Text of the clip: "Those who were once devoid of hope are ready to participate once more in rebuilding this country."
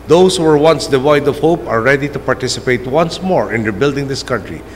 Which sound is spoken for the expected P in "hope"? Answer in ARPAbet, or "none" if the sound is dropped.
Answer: P